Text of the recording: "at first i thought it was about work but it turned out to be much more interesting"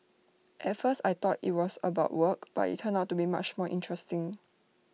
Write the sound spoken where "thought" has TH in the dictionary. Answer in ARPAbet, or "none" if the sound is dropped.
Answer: T